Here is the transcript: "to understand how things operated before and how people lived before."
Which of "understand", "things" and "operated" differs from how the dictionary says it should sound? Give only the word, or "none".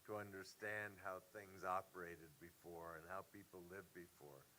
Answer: none